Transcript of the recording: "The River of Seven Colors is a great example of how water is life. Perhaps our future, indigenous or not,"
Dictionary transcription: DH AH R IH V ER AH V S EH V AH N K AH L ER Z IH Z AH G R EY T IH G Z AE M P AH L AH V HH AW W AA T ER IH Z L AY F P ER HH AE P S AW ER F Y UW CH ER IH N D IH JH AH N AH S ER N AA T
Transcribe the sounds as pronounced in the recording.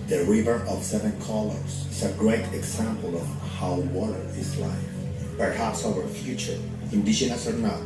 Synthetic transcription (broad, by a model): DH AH R IH V ER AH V S EH V AH N K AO L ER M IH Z AH G R EY T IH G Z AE M P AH L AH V HH AW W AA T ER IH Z L AY F P ER HH AE P S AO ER F Y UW CH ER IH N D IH SH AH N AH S ER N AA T